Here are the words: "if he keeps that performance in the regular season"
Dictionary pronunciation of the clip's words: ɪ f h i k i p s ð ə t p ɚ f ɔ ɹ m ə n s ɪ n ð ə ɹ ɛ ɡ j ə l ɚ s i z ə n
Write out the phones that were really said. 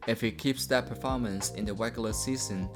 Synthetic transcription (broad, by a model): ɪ f h i k i p s ð ə t p ɚ f ɔ ɹ m ə n s ɪ n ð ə w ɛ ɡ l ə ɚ s i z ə n